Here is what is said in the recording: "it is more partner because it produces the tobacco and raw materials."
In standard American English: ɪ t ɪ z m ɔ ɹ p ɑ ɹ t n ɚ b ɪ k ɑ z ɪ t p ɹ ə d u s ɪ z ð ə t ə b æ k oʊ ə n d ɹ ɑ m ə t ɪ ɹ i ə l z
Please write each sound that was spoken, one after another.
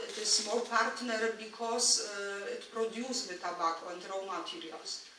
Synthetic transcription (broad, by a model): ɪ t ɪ s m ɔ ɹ p ɑ ɹ t n ɚ b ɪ k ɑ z ɪ t p ɹ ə d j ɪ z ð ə t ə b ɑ k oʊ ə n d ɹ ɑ m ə t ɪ ɹ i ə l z